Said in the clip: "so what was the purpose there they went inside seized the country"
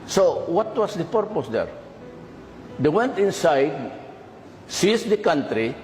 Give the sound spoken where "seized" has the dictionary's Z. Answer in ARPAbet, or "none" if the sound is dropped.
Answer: S